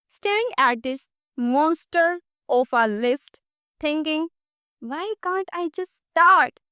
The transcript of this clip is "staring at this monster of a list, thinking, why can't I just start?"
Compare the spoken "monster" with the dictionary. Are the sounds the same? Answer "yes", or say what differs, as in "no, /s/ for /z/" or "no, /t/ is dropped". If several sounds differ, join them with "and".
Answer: yes